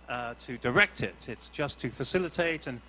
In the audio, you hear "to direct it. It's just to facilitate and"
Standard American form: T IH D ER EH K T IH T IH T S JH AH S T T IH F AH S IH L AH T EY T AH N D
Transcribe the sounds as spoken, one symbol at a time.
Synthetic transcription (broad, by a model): T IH D ER EH K T IH T IH T S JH AH S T T IH F AH S IH L AH T EY T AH N